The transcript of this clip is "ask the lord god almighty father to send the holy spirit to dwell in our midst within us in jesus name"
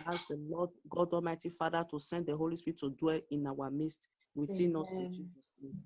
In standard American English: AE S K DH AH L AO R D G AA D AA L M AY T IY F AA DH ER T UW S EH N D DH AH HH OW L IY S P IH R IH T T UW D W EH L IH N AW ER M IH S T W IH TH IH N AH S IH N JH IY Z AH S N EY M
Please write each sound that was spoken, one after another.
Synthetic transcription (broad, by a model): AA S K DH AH L AO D G AA D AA M AY T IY F AA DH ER T UW S EH N D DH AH HH OW L IY S P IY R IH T T UW D W EH L IH N AW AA M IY S T W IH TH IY N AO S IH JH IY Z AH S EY